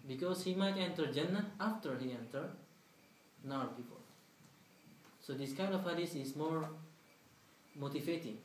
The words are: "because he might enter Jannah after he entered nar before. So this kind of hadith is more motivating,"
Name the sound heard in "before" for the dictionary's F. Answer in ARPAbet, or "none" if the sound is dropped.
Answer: P